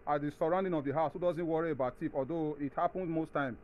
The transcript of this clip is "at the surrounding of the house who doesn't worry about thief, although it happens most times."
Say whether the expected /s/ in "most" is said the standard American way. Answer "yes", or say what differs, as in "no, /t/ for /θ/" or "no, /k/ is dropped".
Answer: yes